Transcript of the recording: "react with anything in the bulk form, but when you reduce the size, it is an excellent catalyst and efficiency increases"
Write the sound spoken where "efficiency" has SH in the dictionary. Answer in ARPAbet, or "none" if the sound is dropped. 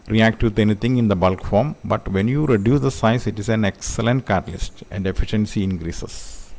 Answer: SH